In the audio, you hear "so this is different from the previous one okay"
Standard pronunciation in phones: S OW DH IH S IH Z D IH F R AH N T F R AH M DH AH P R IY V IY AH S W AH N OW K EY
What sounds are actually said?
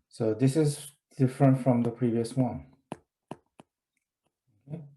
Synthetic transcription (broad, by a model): S OW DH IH S IH Z D IH F R AH N T F R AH M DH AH P R IY V IY AH S W AH N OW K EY